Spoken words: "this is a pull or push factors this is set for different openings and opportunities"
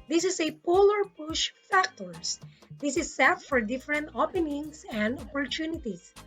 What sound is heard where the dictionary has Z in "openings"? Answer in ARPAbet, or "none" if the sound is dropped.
S